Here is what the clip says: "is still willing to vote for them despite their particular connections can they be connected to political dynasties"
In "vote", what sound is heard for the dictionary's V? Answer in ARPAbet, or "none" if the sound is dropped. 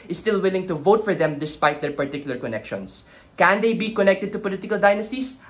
V